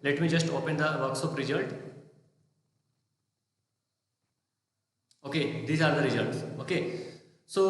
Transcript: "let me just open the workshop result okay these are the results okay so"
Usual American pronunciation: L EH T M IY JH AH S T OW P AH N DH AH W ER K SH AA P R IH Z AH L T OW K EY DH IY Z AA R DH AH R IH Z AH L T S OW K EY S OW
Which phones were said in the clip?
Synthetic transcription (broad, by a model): L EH T M IY JH AH S T OW P AH N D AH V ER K S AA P R IH Z AH L T OW K EY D IY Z AA R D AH R IH Z AH L T S OW K EY S OW